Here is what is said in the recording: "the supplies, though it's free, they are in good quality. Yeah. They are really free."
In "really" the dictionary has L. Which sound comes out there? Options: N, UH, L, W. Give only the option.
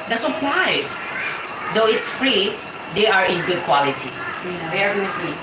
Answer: W